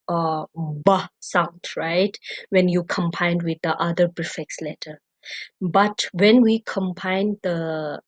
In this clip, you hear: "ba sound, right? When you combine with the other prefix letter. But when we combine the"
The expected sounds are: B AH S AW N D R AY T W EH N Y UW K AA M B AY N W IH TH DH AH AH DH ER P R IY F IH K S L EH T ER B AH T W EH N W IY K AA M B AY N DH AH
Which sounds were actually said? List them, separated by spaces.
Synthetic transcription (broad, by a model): B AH S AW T R AY T W EH N Y UW K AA M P AY N W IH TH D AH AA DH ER B R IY F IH K S L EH T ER B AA T W EH N W IY K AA M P AY N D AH